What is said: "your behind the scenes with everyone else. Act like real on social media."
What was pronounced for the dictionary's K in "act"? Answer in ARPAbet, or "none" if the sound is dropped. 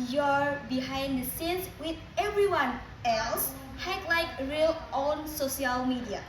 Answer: none